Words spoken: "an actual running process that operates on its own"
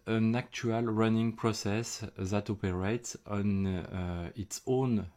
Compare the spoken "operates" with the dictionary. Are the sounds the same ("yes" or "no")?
yes